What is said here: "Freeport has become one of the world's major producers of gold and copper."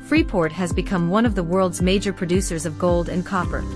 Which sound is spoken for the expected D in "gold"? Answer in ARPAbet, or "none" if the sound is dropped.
D